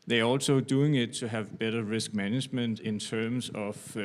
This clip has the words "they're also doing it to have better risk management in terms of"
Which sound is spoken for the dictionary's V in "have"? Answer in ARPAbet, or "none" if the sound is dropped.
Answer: V